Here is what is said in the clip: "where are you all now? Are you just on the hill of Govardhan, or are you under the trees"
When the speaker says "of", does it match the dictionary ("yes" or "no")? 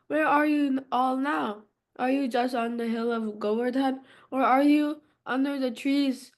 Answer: yes